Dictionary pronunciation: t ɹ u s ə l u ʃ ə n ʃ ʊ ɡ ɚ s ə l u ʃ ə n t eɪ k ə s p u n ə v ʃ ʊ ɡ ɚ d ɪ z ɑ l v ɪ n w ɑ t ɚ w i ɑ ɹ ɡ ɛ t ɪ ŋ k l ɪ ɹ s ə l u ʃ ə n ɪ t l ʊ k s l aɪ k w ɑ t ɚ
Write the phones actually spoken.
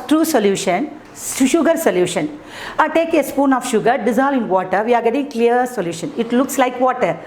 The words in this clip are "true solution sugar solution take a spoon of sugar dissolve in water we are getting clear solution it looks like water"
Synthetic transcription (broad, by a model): t ɹ u s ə l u ʃ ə n ʃ ʊ ɡ ɚ s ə l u ʃ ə n t eɪ k ə s p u n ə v ʃ ʊ ɡ ɚ d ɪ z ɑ l ɪ n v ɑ t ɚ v i ɑ ɹ ɡ ɛ t ɪ ŋ k l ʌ ɹ s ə l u ʃ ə n ɪ t l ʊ k s l aɪ k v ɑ t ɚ